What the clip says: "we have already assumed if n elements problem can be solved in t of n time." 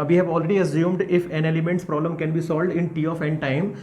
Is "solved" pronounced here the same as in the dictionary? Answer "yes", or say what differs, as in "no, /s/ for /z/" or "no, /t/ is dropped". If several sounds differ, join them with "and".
yes